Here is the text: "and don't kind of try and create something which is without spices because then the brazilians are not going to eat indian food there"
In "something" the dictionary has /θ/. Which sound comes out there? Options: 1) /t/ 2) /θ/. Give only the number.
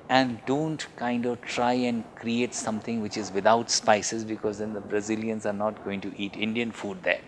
1